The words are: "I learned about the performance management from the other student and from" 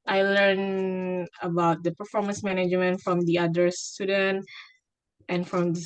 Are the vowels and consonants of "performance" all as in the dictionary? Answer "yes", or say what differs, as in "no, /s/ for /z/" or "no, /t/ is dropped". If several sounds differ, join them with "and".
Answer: yes